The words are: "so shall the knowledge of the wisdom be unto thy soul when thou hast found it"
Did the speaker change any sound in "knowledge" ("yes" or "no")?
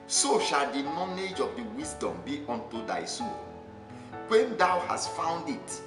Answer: yes